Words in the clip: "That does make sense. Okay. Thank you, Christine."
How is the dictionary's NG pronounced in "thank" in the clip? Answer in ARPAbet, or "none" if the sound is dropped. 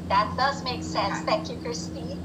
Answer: none